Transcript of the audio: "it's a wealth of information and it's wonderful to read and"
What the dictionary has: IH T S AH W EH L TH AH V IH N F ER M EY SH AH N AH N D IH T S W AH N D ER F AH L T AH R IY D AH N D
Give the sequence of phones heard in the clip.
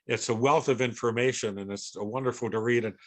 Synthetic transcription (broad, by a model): IH T S AH W EH L TH AH V IH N F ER M EY SH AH N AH N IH T S W AH N D ER F L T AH R IY D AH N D